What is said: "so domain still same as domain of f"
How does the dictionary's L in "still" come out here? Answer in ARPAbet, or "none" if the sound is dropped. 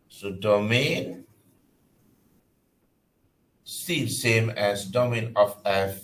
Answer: N